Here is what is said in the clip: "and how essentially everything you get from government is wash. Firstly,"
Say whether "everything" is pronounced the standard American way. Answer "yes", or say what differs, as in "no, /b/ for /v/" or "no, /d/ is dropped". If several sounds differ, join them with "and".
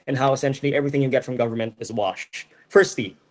yes